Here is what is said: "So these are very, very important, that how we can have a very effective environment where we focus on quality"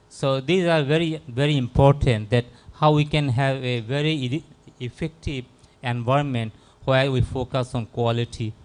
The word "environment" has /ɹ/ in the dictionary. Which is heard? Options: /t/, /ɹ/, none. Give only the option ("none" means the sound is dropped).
none